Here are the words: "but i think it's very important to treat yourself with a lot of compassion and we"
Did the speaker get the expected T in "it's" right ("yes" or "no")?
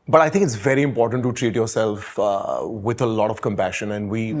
yes